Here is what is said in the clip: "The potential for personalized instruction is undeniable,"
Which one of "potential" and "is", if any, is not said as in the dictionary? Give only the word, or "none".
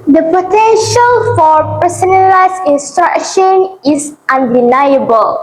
is